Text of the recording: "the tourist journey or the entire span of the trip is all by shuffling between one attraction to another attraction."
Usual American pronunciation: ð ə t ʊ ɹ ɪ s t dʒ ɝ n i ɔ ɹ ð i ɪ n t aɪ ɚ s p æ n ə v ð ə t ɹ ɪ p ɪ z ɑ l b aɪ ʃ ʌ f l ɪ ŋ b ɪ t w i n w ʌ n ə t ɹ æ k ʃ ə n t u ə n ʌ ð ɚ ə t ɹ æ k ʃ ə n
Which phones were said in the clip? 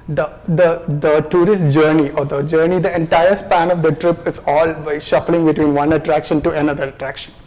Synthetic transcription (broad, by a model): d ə t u ɹ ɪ s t dʒ ɝ n i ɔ ɹ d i ɪ n t aɪ ɚ s p æ n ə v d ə t ɹ ɪ p ɪ z ɑ l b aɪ ʃ ʌ f l ɪ ŋ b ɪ t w i n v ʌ n ə t ɹ æ k ʃ ə n t u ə n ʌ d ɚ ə t ɹ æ k ʃ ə n